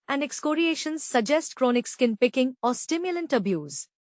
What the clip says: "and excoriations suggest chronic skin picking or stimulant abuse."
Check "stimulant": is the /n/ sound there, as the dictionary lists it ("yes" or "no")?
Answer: yes